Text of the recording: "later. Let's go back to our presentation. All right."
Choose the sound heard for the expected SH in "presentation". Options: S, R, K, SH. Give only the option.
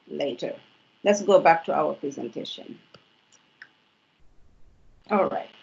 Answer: SH